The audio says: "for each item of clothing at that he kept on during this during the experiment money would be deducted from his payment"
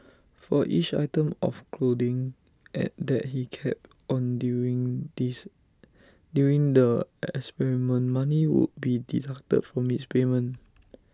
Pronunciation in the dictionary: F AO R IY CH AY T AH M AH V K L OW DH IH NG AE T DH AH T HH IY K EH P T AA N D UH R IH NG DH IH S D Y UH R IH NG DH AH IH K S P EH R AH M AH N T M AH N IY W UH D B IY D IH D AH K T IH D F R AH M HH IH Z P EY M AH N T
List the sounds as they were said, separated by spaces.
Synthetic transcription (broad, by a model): F AO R IY CH AY T AH M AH F K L OW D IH NG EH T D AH T HH IY K EH P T AA N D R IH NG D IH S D Y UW R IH NG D AH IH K S P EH R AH M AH N M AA N IY W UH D B IY D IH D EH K T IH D F R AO M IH S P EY M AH N